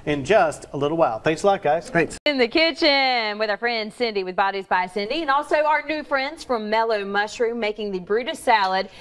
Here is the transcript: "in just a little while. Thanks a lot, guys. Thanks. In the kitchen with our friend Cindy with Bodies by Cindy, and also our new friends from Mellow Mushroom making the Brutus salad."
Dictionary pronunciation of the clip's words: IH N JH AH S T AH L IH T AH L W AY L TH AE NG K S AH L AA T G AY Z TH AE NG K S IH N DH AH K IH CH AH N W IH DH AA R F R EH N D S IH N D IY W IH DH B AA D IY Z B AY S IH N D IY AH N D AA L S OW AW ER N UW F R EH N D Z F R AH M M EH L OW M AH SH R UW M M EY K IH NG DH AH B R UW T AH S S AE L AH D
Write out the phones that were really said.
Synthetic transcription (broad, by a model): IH N JH AH S T AH L IH T L W AY L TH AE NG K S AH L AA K G AY Z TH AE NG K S IH N DH AH K IH CH AH N W IH DH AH R F R EH N D S IH N D IY W IH DH B AA D IY Z B AY S IH N D IY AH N AA L S OW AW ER N UW F R EH N D Z F R AH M M EH L OW M AH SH R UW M M EY K IH NG DH AH B R UW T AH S S AE L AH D